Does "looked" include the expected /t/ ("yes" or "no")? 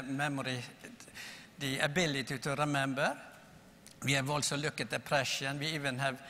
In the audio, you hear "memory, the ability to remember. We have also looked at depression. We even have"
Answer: no